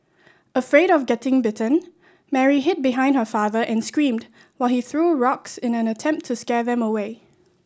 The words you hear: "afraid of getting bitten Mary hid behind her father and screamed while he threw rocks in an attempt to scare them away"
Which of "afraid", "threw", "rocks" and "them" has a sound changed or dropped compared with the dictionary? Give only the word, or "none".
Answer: none